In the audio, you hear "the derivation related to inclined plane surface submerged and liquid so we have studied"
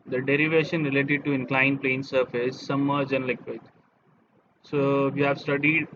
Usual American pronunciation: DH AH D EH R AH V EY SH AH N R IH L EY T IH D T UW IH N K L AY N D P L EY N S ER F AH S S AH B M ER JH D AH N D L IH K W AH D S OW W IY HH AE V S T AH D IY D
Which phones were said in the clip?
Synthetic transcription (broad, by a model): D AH D EH R AH V EY SH AH N R IH L EY T IH D T UW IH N K L AY N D P L EY N S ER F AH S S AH M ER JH AH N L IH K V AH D S OW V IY HH AE V S T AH D IY D